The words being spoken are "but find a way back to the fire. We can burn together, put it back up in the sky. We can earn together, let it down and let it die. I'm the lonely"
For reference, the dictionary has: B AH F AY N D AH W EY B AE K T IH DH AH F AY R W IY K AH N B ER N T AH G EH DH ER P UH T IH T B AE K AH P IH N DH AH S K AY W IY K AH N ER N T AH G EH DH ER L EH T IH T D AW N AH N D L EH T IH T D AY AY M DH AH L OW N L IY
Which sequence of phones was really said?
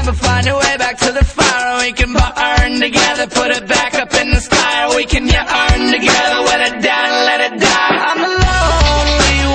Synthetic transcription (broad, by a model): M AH F AY N D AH W EY B AE K T IH DH AH F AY R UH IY K AH N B ER N T AH G EH DH ER P UH T IH T B AE K AH P IH N DH AH S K AY W IY K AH N ER N T AH G EH DH ER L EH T IH T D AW AH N L EH T IH T D AY AY M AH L OW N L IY